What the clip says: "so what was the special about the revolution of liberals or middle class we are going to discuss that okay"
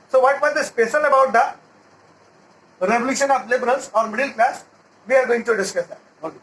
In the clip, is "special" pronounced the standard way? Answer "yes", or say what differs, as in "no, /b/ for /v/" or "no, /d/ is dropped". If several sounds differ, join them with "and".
no, /s/ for /ʃ/